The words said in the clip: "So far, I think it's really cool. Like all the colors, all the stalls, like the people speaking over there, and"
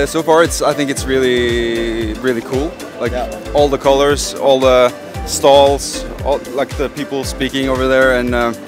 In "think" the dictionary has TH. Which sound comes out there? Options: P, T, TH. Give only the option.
TH